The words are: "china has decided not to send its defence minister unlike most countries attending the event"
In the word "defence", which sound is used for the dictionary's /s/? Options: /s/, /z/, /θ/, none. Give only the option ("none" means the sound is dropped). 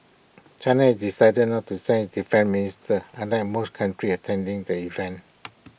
none